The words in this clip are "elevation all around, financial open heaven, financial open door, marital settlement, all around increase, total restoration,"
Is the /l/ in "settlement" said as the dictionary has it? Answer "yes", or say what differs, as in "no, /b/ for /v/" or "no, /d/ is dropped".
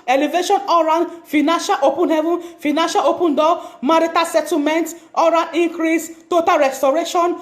no, /l/ is dropped